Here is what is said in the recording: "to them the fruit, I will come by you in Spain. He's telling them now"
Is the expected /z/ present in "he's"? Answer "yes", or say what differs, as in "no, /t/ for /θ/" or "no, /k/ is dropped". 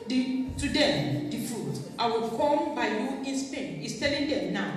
no, /s/ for /z/